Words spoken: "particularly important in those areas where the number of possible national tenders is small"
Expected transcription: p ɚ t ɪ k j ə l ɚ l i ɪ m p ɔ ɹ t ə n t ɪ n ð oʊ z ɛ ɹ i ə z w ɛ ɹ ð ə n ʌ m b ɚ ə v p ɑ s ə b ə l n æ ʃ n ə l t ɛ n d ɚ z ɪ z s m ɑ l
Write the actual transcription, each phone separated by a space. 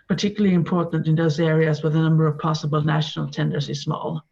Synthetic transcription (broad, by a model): p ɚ t ɪ k j l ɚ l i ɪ m p ɔ ɹ t n t ɪ n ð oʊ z ɛ ɹ i ə z w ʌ ð ə n ʌ m b ɚ ə v p ɑ s ə b ə l n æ ʃ n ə l t ɛ n d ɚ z ɪ z s m ɑ l